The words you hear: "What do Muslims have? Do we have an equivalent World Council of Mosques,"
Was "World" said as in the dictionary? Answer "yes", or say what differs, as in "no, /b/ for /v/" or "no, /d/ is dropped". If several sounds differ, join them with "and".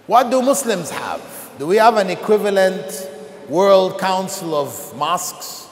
yes